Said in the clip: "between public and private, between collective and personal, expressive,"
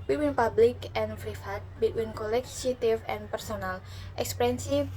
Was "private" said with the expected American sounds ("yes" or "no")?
no